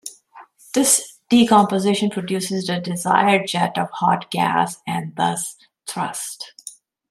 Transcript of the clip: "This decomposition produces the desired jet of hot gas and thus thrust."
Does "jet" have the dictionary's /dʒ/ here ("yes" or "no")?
yes